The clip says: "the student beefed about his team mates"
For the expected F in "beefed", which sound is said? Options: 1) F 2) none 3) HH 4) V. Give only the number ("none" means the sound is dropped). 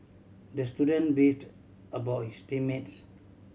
2